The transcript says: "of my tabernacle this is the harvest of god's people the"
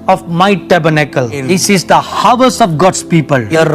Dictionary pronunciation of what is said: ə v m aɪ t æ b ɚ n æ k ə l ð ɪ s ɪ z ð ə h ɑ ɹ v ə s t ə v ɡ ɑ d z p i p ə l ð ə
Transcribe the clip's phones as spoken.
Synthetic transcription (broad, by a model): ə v m aɪ t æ b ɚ n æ k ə l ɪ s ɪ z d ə h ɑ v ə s ə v ɡ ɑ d s p i p ə l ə